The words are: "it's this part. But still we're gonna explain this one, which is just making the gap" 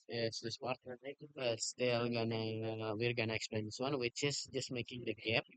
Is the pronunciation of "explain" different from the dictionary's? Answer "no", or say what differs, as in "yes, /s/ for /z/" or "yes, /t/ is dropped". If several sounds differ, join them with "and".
no